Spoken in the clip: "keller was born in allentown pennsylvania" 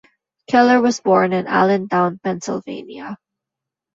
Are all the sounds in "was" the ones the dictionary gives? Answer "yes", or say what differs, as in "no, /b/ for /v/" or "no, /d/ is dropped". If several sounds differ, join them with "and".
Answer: yes